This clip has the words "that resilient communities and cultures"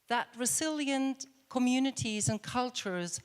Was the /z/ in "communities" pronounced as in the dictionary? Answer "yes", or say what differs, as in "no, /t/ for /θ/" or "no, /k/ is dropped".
yes